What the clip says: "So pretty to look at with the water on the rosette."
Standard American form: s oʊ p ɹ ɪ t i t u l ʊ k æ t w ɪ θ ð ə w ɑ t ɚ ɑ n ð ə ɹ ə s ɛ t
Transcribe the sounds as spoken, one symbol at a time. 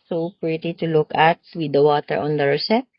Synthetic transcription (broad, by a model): s oʊ p ɹ ɪ t i t u l ʊ k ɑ t w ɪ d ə w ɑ t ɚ ɑ n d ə ɹ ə s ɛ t